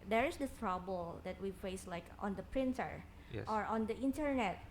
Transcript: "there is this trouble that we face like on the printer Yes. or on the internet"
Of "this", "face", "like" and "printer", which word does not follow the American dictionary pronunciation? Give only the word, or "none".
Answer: this